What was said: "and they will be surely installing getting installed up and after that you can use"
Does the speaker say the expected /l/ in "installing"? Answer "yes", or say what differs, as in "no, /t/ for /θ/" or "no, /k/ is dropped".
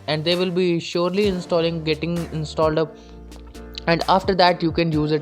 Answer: yes